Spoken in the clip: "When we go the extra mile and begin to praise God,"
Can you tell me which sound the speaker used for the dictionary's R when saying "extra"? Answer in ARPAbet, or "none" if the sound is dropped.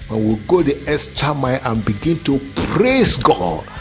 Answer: none